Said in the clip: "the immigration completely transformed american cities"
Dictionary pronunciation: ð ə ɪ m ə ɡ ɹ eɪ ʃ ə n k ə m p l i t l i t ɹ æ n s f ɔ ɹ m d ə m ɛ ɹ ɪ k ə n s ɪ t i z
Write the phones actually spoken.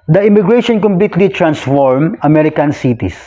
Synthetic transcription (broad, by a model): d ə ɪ m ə ɡ ɹ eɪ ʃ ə n k ə m p l i t l i t ɹ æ n s f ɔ ɹ m ə m ɛ ɹ ɪ k ə n s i t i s